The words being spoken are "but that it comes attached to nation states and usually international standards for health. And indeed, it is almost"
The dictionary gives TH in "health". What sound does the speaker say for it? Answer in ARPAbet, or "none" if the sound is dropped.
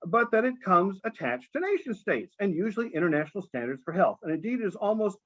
TH